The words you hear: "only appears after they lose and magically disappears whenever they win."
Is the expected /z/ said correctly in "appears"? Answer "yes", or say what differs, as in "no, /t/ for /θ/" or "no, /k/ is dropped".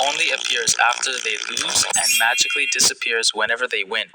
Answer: yes